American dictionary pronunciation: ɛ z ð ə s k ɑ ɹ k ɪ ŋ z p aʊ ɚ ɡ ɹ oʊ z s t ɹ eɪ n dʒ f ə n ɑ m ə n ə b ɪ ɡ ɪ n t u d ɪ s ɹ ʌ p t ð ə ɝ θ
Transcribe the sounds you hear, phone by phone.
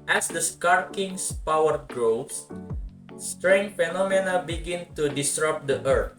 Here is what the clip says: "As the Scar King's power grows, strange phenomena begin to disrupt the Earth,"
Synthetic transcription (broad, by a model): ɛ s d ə s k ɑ ɹ k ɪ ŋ s p aʊ ɚ ɡ ɹ oʊ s s t ɹ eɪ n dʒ f ə n ɑ m ə n ə b ɪ ɡ ɪ n t u d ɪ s ɹ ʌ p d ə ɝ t